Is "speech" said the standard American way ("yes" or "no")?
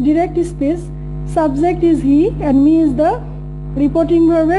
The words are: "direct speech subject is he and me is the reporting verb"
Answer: no